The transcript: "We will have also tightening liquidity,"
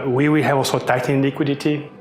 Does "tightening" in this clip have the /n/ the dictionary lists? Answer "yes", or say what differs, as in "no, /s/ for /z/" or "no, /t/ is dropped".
no, /n/ is dropped